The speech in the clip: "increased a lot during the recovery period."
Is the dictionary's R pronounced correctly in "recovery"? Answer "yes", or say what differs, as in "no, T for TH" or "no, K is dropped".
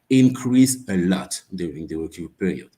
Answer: no, W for R